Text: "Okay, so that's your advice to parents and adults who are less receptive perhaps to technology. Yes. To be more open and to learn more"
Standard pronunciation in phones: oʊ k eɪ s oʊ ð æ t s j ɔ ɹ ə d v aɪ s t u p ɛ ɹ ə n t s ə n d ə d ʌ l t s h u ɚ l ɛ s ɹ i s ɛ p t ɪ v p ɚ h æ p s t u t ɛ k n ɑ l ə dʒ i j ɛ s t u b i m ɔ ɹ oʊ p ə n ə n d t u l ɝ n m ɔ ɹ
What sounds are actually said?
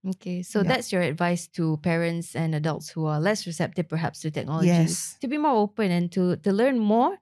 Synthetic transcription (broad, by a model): oʊ k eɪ s oʊ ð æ t s j ɔ ɹ ə d v aɪ s t u p ɛ ɹ ə n t s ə n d ə d ʌ l t s h u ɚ l ɛ s ɹ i s ɛ p t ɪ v p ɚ h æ p s t u t ɛ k n ɑ l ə i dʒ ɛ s t u b i m ɔ ɹ oʊ p ə n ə n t t u l ɝ n m ɔ ɹ